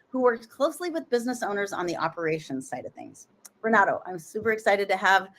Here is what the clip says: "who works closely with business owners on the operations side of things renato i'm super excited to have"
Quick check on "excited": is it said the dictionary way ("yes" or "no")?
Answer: yes